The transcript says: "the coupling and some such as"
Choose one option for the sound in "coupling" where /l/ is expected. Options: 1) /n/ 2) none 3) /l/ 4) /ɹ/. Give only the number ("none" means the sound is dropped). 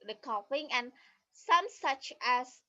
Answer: 2